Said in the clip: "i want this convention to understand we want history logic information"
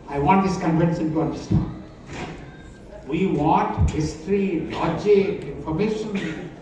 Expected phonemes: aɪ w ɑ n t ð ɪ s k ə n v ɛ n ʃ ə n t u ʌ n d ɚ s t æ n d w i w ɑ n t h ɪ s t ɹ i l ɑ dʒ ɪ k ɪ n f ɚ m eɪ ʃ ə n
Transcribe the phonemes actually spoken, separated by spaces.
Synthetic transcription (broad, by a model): aɪ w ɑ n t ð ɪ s k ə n f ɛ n s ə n t u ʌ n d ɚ s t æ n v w i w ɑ n t h ɪ s t ɹ i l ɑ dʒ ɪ ɪ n f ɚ m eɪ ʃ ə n